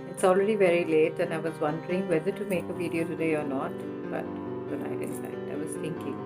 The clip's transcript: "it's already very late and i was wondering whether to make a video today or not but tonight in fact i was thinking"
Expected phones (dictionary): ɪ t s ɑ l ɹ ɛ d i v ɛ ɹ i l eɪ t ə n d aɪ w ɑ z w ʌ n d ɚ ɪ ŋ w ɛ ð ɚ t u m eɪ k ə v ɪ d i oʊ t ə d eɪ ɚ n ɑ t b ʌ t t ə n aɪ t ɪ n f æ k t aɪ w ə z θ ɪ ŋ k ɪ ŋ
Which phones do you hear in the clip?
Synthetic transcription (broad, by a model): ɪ t s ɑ l ɹ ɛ d i v ɛ ɹ i l eɪ t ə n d aɪ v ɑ z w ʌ n d ɚ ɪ ŋ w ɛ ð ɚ t u m eɪ k ə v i d i oʊ t ə d eɪ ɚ n ɑ t b ʌ t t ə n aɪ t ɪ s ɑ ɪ t aɪ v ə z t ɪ ŋ k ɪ ŋ